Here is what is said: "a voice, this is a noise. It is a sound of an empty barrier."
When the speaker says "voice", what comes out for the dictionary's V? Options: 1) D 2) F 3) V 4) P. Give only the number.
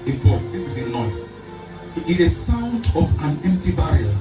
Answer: 4